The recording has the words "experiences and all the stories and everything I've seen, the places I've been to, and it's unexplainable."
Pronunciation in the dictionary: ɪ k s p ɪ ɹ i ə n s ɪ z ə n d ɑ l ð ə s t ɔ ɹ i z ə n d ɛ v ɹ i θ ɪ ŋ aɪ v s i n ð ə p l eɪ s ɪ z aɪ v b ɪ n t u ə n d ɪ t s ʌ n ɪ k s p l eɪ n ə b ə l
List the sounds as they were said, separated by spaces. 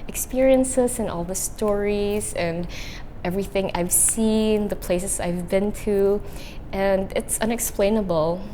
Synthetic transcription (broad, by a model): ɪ k s p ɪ ɹ i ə n s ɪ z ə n ɑ l ð ə s t ɔ ɹ i z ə n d ɛ v ɹ i θ ɪ ŋ aɪ v s i n ð ə p l eɪ s ɪ z aɪ v b ɪ n t u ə n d ɪ t s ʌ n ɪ k s p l eɪ n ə b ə l